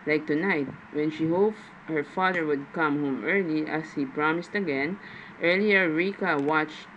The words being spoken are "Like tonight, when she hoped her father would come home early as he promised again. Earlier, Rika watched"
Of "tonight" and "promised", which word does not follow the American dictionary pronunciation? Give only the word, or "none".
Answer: none